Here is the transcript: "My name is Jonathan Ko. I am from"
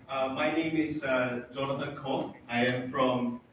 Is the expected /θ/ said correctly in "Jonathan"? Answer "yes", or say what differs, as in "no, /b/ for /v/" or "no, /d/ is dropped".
no, /t/ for /θ/